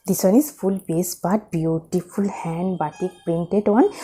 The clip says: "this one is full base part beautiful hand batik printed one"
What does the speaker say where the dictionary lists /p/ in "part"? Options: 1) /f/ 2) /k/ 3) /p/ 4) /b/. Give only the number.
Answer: 4